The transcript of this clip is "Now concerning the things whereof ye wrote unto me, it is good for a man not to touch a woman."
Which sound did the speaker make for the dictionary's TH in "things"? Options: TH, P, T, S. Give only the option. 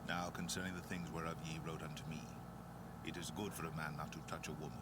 TH